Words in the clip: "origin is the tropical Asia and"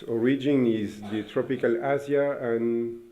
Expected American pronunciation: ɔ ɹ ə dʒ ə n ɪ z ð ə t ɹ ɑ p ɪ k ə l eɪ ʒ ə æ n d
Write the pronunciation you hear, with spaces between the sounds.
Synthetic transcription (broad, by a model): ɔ ɹ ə dʒ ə n ɪ z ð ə t ɹ ɑ p ɪ k ə l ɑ z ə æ n